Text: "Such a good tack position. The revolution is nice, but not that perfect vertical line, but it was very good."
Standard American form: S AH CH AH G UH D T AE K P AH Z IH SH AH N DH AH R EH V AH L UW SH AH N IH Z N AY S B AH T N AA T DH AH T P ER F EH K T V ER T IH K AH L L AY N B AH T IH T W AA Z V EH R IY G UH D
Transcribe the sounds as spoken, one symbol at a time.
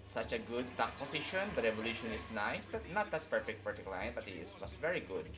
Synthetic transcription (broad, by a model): S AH CH AH G UH D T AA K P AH S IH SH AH N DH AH R EH V AH L UW SH AH N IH S N AY S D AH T N AA T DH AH T P ER F EH K T P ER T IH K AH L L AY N B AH T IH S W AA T V EH R IY G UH D